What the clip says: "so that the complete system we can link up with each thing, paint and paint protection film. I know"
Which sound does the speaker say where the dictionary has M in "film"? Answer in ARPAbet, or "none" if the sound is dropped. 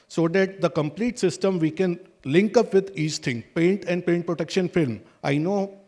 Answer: M